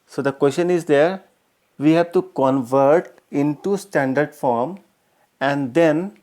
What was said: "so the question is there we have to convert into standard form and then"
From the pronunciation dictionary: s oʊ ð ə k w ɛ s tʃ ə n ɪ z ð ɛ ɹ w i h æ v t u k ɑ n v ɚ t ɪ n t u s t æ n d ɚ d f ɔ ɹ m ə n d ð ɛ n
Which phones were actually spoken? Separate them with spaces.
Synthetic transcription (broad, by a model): s oʊ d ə k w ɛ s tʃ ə n ɪ z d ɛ ɹ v i h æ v t u k ɑ n v ɚ t ɪ n t u s t æ n d ɚ d f ɔ ɹ m ə n d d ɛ n